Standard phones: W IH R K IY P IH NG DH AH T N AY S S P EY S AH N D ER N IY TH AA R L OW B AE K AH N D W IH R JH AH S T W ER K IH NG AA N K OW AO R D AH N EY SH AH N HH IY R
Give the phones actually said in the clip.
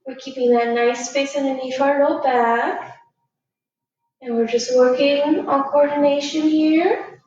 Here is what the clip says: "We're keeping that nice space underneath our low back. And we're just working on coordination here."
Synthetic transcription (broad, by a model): W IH R K IY P IH NG DH AH T N AY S S P EY S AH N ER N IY F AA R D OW B AE K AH N W IH R JH AH S T W ER K IH NG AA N K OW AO R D N EY SH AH N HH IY R